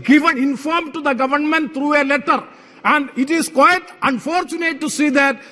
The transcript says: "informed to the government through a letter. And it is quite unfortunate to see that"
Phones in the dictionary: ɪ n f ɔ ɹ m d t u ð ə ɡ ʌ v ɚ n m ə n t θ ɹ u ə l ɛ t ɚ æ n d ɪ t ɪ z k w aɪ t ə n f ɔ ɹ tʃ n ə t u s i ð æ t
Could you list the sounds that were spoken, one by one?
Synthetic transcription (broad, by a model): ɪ n f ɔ ɹ m t u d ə ɡ ʌ v ɚ n m ə n t t ɹ u ə l ɛ t ɚ æ n d ɪ t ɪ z k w aɪ t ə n f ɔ ɹ tʃ n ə t u s i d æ t